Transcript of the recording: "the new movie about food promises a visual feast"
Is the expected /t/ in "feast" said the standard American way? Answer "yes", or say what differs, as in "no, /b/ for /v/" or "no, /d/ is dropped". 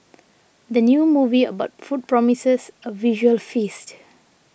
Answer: yes